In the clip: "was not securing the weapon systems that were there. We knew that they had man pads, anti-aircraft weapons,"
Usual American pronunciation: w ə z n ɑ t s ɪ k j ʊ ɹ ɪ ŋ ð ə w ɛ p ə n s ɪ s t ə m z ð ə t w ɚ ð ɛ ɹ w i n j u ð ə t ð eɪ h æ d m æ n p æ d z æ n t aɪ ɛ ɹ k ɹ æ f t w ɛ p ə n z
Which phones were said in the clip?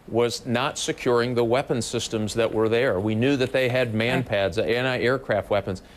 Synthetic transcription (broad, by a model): w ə z n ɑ t s ɪ k j ʊ ɹ ɪ ŋ ð ə w ɛ p ə n s ɪ s t ə m z ð ə t w ɚ ð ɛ ɹ w i n j u ð ə t ð eɪ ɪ d m æ n p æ d z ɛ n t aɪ ɛ ɹ k ɹ æ f t w ɛ p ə n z